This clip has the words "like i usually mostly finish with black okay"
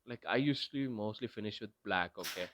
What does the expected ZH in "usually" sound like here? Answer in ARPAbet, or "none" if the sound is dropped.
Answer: S